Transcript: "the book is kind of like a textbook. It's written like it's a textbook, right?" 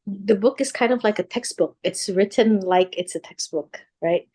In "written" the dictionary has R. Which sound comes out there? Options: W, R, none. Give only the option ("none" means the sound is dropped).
R